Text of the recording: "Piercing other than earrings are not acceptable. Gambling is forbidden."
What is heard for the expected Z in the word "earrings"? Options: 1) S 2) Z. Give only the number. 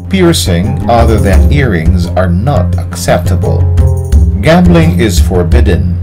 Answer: 2